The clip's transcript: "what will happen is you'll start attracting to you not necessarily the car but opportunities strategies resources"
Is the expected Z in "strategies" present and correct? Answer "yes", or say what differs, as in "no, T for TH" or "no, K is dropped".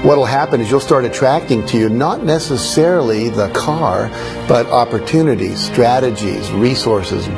yes